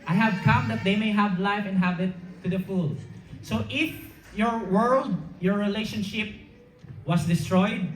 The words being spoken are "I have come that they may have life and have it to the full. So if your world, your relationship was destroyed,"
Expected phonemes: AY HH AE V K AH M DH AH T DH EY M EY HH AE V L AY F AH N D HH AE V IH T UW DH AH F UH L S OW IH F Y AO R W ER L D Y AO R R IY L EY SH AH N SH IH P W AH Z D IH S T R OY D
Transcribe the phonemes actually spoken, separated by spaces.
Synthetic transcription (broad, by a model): AY HH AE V K AH M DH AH T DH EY M EY HH AE V L AY F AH N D HH AE V IH T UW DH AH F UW L S OW IH F Y AO R W ER L D Y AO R R IY L EY SH AH N SH IH P W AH S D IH S T R OY D